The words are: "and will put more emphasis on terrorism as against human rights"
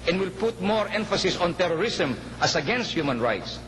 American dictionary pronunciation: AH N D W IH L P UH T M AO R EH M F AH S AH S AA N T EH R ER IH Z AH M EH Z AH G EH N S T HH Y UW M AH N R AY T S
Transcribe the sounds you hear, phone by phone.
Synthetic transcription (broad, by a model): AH N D W IH L P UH T M AO R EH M F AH S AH S AA N T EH R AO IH S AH M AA S AH G EH N S T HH Y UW M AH N R AY T S